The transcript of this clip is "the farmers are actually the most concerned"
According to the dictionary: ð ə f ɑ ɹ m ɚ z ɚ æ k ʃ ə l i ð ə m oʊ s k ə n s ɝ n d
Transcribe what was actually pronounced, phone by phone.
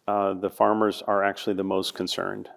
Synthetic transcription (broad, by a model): ð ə f ɑ ɹ m ɚ z ɚ æ k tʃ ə l i ð ə m oʊ s k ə n s ɝ n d